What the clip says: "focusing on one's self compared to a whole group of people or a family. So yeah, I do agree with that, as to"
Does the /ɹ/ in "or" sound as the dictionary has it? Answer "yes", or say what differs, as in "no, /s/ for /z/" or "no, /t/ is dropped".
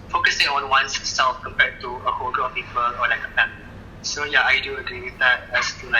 no, /l/ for /ɹ/